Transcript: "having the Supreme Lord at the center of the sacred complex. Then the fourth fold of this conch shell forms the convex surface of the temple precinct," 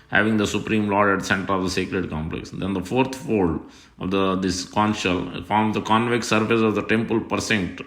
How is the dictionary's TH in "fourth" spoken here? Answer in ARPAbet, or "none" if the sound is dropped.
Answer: T